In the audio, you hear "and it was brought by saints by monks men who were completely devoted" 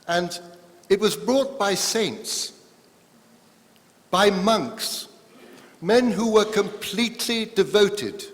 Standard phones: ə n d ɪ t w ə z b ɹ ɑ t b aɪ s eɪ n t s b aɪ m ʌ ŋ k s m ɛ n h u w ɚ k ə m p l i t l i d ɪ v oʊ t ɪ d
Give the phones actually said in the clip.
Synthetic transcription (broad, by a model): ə n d ɪ t w ə z b ɹ ɑ t b aɪ s eɪ n t s b aɪ m ʌ ŋ k s m ɛ n h u w ɚ k ə m p l i t l i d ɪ v oʊ t ɪ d